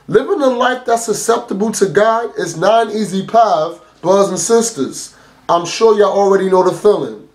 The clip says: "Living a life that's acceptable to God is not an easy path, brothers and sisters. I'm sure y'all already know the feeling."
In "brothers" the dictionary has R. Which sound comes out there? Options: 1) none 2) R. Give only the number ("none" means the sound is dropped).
1